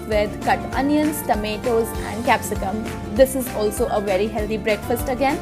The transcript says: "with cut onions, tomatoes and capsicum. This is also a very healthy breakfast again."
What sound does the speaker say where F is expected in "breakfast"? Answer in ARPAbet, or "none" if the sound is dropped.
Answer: F